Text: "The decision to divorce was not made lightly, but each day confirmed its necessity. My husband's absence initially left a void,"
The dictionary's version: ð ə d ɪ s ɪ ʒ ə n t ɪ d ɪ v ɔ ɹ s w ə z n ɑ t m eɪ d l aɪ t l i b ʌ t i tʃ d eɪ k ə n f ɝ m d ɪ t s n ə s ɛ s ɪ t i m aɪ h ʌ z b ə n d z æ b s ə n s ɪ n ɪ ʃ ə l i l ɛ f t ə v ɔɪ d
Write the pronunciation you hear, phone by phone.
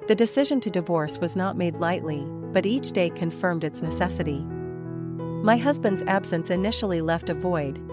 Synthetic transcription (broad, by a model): ð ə d ɪ s ɪ ʒ ə n t ɪ d ɪ v ɔ ɹ s w ə z n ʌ t m eɪ d l aɪ t l i b ʌ t i tʃ d eɪ k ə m f ɝ m d ɪ t s n ə s ɛ s ɪ t i m aɪ h ʌ z b ə n d z æ b s ə n s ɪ n ɪ ʃ l i l ɛ f t ə v ɔɪ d